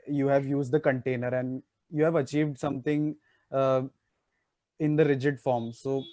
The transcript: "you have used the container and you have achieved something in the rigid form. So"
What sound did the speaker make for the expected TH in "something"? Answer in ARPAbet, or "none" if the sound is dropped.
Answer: T